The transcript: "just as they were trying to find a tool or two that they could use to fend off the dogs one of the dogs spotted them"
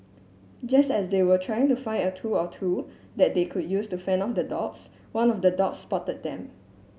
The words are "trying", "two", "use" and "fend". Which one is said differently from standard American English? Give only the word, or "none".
fend